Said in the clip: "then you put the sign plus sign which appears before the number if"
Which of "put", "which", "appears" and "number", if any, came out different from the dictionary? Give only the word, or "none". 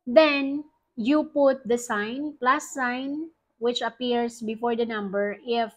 appears